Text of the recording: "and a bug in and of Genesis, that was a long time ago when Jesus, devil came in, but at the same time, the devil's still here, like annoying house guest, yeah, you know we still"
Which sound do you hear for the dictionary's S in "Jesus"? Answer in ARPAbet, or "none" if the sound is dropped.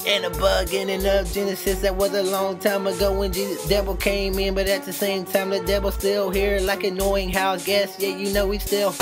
none